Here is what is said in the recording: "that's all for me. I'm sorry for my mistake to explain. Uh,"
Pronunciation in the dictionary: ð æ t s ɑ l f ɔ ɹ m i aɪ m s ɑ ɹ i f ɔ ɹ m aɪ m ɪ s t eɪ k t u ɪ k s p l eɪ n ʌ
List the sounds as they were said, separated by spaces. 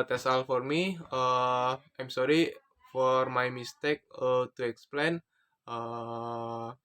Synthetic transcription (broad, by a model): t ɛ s ɑ l f ɔ ɹ m i aɪ m s ɑ ɹ i f ɔ ɹ m aɪ m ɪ s t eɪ k t u ɪ k s p l eɪ n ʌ